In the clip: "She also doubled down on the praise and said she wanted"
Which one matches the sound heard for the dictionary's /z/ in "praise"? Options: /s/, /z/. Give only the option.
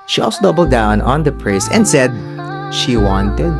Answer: /s/